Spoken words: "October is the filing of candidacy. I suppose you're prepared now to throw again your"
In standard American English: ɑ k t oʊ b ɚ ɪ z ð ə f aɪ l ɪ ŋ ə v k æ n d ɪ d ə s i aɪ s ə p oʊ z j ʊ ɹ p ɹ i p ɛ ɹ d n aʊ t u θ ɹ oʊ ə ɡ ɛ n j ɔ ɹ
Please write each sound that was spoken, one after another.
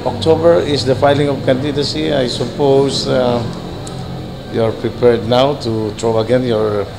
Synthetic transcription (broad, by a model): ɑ k t oʊ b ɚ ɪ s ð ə f aɪ l ɪ ŋ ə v k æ n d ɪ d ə s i aɪ s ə p oʊ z j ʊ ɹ p ɹ i p ɛ ɹ d n aʊ t u t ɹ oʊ ə ɡ ɛ n j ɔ ɹ